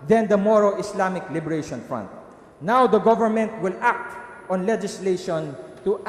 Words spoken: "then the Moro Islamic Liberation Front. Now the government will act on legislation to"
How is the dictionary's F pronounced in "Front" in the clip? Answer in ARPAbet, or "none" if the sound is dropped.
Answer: F